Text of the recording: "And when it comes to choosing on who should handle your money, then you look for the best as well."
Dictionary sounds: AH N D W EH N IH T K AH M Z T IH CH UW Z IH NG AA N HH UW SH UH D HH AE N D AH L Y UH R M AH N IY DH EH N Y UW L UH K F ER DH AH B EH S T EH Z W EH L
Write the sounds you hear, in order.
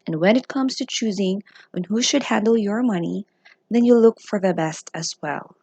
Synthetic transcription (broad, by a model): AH N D W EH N IH T K AH M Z T IH CH UW Z IH NG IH N HH UW SH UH D HH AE N D L Y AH R M AH N IY DH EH N Y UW L UH K F ER DH AH B EH S T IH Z W EH L